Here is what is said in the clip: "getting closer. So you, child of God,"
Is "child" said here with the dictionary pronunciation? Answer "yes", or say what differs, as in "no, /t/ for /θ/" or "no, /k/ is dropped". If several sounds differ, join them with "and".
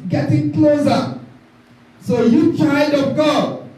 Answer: no, /l/ is dropped